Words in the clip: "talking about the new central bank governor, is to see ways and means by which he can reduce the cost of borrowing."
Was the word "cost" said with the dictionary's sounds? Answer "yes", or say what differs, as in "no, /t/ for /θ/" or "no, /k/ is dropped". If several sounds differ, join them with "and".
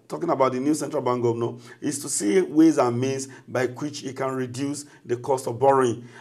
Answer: yes